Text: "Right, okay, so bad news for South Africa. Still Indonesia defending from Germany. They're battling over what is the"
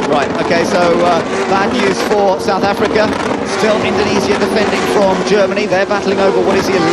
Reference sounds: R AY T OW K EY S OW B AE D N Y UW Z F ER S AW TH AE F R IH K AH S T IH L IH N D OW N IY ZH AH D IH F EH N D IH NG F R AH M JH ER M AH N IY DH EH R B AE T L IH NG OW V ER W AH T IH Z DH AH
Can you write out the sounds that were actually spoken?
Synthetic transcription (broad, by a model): R AY T OW K EY S OW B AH N Y UW Z F ER S AW TH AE F R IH K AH S T IH L IH N D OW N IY Z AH D IH F EH N D IH NG F R AH M JH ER M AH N IY DH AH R B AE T L IH NG OW V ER W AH T IH Z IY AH